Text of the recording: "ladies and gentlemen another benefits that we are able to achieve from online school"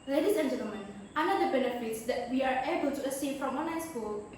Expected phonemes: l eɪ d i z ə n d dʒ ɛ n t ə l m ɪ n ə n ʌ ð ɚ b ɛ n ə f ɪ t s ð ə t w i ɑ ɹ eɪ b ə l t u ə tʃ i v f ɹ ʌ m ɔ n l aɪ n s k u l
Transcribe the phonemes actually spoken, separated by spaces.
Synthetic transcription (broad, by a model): l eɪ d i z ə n dʒ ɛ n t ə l m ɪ n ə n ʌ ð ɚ b ɛ n ə f ɪ t s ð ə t w i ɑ ɹ eɪ b ə l t u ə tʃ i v f ɹ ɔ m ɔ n aɪ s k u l